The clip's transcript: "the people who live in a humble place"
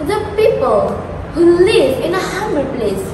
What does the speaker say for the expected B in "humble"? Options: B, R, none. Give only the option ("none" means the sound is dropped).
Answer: none